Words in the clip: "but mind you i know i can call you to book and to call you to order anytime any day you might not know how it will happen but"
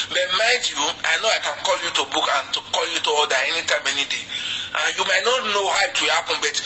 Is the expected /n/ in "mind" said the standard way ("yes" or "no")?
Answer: no